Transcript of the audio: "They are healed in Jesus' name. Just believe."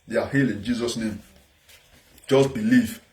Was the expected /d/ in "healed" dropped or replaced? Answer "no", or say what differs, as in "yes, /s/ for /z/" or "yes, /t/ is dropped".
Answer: yes, /d/ is dropped